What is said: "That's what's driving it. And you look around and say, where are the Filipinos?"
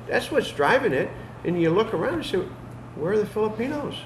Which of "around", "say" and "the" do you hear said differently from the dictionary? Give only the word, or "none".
around